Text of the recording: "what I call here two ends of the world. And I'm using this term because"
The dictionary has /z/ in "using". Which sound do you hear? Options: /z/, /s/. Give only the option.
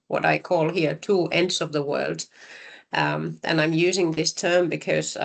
/z/